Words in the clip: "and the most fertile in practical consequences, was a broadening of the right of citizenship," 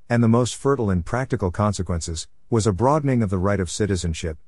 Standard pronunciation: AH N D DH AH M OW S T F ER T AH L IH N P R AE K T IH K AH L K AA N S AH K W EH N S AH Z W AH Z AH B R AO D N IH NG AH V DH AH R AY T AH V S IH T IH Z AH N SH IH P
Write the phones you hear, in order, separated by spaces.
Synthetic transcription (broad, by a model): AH N DH AH M OW S T F ER T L IH N P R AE K T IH K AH L K AA N S AH K W EH N S AH Z W AH Z AH B R AO D N IH NG AH V DH AH R AY T AH V S IH T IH Z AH N SH IH P